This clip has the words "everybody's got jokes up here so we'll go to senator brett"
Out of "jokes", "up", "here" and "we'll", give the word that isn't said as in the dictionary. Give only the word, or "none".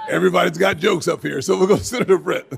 none